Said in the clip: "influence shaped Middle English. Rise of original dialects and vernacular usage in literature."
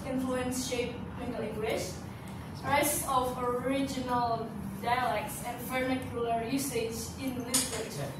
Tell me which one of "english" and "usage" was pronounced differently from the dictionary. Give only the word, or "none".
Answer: english